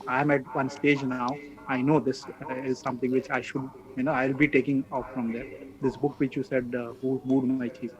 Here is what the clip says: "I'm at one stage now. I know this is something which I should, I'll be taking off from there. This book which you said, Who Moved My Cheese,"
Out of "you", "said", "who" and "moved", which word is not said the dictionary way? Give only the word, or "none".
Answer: moved